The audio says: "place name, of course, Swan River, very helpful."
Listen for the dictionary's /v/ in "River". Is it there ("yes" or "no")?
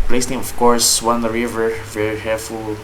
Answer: yes